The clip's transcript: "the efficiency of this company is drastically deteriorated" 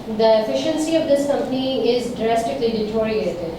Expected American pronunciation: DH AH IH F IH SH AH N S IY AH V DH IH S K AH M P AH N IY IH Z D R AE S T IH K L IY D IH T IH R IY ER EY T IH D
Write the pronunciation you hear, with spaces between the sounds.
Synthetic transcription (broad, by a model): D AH IH F IH SH AH N S IY AH V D IH S K AH M P AH N IY IH Z D R AE S T IH K L IY D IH T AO R IY EY T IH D